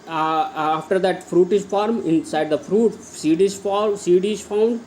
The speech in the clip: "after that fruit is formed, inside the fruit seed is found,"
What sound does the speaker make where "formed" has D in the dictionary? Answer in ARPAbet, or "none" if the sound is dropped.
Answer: none